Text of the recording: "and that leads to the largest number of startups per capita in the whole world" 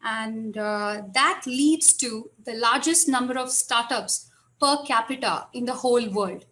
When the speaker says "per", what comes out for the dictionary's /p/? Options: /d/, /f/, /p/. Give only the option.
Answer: /p/